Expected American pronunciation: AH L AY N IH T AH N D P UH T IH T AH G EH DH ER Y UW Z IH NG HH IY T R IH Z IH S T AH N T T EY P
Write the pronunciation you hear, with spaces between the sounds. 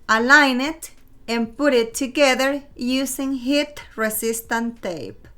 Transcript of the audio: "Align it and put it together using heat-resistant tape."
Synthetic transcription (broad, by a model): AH L AY N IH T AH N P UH T IH T AH G EH DH ER Y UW S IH NG HH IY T R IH S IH S T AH N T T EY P